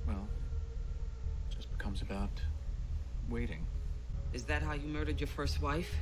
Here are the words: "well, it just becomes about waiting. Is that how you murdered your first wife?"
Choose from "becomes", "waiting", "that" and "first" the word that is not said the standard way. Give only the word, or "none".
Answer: none